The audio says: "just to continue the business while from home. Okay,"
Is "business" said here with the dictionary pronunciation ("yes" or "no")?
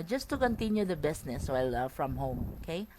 no